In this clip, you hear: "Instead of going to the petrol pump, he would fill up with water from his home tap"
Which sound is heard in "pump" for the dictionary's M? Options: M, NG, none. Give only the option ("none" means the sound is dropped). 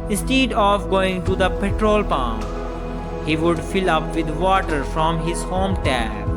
none